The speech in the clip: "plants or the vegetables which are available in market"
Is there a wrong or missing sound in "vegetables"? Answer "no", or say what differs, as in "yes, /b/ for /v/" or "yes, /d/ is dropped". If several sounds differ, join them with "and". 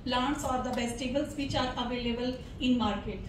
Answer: yes, /b/ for /v/